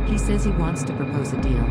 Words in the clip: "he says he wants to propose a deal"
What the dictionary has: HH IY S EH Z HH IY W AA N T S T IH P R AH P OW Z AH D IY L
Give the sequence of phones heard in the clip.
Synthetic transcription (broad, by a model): HH IY S EH Z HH IY W AA N T S T IH P R AH P OW Z AH D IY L